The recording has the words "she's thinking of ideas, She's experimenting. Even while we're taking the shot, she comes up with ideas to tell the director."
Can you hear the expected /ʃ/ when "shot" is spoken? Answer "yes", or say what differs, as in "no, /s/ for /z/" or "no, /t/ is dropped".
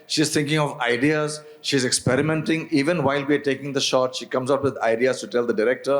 yes